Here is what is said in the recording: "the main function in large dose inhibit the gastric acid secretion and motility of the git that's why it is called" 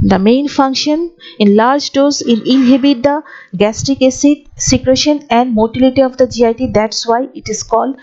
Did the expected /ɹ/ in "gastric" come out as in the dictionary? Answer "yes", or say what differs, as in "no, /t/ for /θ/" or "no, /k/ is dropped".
no, /ɹ/ is dropped